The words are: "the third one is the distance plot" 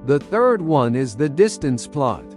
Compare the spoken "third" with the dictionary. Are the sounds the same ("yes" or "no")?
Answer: yes